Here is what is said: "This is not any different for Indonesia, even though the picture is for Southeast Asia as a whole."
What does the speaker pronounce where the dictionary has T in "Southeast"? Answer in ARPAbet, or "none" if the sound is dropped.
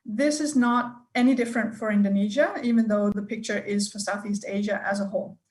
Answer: T